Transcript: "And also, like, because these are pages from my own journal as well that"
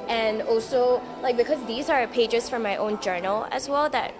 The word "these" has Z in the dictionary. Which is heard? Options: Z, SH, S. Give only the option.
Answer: Z